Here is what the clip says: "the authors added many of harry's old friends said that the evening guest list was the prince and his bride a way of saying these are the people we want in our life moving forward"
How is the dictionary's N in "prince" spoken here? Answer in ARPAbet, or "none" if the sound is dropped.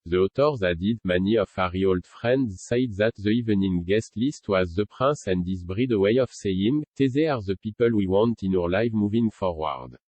none